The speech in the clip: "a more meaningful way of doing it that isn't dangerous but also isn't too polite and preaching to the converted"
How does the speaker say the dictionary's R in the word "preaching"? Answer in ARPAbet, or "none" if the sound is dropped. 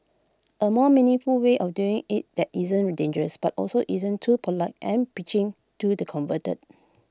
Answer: none